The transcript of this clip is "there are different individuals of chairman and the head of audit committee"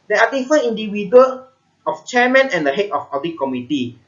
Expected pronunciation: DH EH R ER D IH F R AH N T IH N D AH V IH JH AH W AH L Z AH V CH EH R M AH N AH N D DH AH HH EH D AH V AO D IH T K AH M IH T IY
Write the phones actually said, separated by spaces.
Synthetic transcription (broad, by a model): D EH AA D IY F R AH N IY N D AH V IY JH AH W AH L AH F CH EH M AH N AH N D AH HH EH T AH F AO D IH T K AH M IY T IY